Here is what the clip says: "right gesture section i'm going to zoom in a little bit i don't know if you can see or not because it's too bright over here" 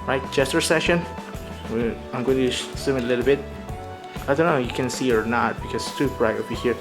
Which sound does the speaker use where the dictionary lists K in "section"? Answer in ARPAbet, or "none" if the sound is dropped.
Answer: none